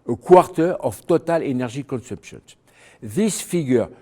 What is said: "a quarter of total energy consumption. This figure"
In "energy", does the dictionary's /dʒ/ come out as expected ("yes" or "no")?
no